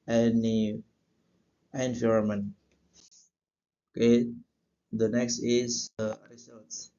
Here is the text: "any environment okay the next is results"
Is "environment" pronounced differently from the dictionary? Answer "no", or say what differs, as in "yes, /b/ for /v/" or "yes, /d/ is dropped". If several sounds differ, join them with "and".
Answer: yes, /f/ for /v/ and /t/ is dropped